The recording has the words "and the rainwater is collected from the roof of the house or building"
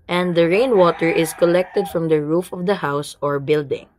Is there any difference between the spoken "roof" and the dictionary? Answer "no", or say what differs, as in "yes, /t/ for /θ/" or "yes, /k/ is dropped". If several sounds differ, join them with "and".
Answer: no